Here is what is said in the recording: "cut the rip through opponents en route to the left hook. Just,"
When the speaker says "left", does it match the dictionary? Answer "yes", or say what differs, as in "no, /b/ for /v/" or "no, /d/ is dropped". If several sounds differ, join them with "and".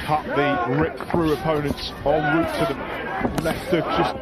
no, /f/ is dropped